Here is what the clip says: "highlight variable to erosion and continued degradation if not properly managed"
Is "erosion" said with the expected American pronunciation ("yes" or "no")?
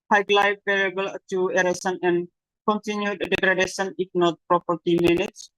no